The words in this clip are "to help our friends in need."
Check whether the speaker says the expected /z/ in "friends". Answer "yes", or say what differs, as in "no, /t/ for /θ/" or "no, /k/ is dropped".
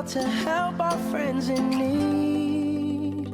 yes